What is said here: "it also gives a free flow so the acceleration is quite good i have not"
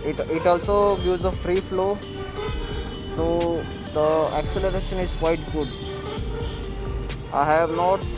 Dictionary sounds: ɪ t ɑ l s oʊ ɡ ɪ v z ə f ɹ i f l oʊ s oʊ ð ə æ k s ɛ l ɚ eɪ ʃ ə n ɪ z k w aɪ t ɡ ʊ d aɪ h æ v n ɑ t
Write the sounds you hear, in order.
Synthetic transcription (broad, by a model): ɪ t ɑ l s oʊ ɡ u z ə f ɹ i f l oʊ s oʊ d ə æ k s ɛ l ɚ eɪ ʃ ə n ɪ z k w aɪ t ɡ ʊ d aɪ h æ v n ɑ t